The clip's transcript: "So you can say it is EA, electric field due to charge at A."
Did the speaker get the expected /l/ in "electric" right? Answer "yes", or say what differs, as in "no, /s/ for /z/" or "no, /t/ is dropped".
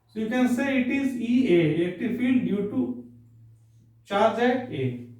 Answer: no, /l/ is dropped